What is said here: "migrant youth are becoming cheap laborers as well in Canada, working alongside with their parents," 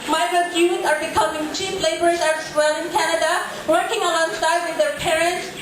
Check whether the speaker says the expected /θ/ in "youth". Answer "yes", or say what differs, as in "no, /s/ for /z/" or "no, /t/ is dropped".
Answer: no, /t/ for /θ/